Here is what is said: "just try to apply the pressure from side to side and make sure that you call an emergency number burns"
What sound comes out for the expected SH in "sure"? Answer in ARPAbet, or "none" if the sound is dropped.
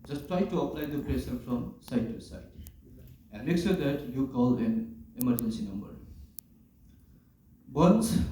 S